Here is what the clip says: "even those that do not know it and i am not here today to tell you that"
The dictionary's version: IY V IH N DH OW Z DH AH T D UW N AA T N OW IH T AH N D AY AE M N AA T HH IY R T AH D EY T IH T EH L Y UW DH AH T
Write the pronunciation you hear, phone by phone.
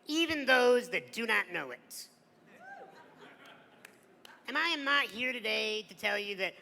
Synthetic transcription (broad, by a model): IY V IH N DH OW Z DH AH T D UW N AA T N OW IH T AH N AY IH M N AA T HH IY R T AH D EY T IH T EH L Y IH DH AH T